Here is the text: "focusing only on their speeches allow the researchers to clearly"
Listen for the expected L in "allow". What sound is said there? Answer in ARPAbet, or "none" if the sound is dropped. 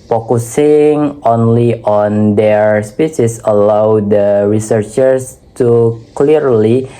L